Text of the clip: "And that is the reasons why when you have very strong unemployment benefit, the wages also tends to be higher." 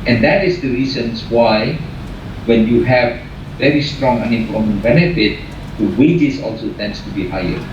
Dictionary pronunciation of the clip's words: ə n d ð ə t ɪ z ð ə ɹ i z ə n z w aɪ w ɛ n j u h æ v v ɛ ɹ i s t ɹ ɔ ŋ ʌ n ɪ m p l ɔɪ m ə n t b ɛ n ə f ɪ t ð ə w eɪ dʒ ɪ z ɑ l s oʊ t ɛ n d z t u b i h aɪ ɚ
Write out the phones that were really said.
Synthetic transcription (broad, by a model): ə n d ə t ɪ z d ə ɹ i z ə n s w aɪ w ɛ n j u h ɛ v v ɛ ɹ i s t ɹ ɔ ŋ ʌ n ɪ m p ɔɪ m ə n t b ɛ n ə f ɪ t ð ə w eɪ dʒ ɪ s ɑ l s oʊ t ɛ n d s t u b i h aɪ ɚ